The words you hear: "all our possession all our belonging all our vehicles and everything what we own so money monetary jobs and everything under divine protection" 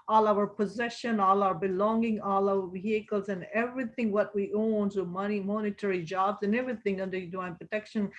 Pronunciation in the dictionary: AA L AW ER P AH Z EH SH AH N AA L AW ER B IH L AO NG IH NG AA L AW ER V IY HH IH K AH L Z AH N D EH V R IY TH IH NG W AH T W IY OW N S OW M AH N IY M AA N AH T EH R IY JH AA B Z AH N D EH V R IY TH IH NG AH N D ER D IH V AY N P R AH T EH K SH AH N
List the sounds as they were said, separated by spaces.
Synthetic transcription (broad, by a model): AA L AW ER P AH Z EH SH AH N AA L AW ER B IH L AO NG IH NG AA L AW ER V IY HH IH K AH L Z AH N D EH V R IY TH IH NG W AH T W IY OW N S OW M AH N IY M AA N AH T EH R IY JH AA B Z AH N EH V R IY TH IH NG AH N D ER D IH AY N P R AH T EH K SH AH N